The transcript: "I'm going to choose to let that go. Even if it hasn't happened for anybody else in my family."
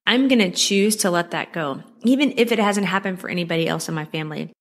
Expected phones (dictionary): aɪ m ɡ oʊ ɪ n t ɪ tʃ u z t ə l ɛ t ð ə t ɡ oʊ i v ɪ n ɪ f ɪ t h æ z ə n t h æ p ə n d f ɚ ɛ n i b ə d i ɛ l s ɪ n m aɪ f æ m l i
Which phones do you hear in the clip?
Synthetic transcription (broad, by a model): aɪ m ɡ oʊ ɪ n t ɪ tʃ u z t ə l ɛ t ð ə t ɡ oʊ i v ɪ n ɪ f ɪ t h æ z ə n t h æ p ə n d f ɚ ɛ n i b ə d i ɛ l s ɪ n m aɪ f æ m l i